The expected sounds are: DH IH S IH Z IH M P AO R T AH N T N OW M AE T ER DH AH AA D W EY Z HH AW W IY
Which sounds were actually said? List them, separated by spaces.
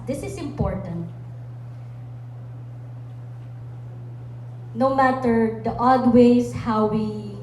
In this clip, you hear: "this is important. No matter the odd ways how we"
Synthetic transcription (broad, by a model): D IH S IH S IH M P AO R T AH N T N OW M AE T ER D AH AA D W EY S HH AW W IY